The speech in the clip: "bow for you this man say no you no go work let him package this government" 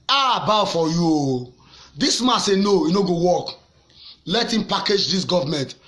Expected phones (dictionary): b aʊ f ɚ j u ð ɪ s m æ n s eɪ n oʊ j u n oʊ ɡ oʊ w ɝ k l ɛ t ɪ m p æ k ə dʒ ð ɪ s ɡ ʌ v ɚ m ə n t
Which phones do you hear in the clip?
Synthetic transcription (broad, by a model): b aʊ f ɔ j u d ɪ s m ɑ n s eɪ n oʊ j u n oʊ ɡ oʊ w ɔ k l ɛ t ɪ m p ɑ k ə dʒ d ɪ s ɡ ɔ v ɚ m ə n t